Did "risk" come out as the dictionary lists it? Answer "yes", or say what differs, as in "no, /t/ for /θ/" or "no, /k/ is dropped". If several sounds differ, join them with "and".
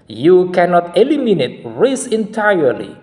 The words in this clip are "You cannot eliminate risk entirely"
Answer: no, /k/ is dropped